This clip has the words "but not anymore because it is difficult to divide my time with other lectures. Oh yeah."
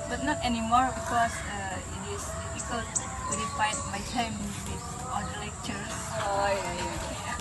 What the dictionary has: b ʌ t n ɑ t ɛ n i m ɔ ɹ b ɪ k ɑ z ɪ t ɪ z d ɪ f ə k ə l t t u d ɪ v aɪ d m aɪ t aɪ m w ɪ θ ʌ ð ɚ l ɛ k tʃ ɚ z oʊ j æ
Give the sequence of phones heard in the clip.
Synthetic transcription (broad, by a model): b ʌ t n ɑ t ɛ n i m ɔ ɹ b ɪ k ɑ s ɪ t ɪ s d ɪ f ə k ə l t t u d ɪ f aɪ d m aɪ t aɪ m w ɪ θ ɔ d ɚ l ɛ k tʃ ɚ oʊ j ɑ